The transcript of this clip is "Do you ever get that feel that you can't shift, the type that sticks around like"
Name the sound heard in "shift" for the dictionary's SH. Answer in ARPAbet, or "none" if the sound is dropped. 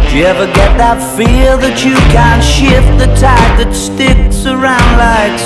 SH